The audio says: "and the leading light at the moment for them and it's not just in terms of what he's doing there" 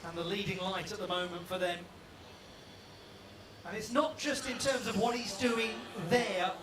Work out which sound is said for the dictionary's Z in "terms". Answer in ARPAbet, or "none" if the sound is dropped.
Z